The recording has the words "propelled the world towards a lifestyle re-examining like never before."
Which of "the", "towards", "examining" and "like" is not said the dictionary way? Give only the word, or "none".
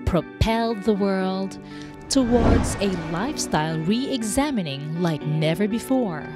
none